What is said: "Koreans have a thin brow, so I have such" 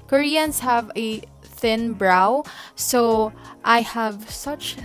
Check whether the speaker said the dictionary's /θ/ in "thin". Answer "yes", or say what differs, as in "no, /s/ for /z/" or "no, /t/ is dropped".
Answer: yes